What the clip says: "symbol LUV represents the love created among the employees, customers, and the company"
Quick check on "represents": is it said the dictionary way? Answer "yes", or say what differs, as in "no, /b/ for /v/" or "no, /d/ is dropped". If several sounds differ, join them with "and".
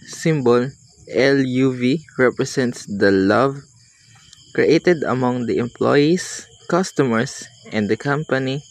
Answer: no, /s/ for /z/